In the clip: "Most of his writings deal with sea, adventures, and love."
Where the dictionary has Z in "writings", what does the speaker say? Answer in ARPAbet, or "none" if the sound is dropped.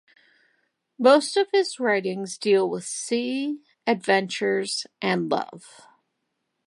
Z